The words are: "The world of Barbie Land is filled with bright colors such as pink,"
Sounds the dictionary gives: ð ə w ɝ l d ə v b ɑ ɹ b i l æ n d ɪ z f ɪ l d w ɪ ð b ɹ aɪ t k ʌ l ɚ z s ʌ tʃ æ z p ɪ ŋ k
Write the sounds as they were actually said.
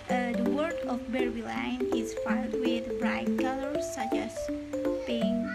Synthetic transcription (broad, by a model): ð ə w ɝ d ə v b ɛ ɹ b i l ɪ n ɪ z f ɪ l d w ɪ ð b ɹ aɪ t k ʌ l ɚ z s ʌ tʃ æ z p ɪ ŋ